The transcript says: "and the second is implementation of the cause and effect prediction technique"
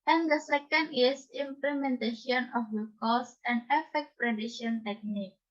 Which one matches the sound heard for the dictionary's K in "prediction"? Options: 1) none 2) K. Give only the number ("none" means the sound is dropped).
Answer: 1